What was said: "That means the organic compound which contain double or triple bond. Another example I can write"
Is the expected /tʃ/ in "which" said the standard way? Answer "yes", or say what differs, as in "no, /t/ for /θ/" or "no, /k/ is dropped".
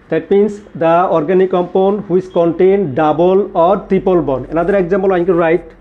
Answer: no, /s/ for /tʃ/